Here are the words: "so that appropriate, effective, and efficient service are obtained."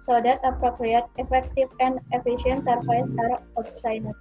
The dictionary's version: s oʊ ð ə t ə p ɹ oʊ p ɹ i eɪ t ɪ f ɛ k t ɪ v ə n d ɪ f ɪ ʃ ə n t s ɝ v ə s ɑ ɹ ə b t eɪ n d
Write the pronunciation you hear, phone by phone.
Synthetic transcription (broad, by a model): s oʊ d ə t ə p ɹ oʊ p ɹ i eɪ t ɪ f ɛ k t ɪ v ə n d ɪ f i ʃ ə n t s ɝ f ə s ɑ ɹ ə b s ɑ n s